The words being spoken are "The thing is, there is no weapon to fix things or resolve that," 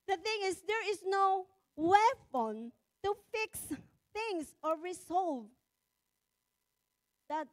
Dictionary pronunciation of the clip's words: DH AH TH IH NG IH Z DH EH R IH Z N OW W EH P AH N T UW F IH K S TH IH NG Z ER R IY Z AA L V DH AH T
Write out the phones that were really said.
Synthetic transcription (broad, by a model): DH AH TH IH NG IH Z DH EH R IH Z N OW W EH F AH N T UW F IH K S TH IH NG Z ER R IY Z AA L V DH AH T